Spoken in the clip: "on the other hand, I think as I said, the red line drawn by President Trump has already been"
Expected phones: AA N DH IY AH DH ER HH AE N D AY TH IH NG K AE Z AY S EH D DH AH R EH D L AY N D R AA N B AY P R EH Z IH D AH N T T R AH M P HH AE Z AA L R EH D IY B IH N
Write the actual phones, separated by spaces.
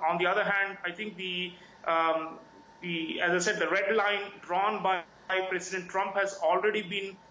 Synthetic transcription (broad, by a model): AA N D IY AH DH ER HH AE N D AY T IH NG K AE Z AY S EH D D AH R EH D L AY N D R AA N B AY P R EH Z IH D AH N T T R AH M P HH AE Z AA L R EH D IY B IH N